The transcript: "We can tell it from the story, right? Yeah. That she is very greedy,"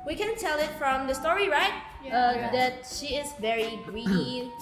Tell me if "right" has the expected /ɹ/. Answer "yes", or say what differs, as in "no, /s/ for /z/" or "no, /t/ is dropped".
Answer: yes